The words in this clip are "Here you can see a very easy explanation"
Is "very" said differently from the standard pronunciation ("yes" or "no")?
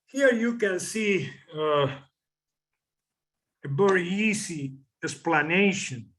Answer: yes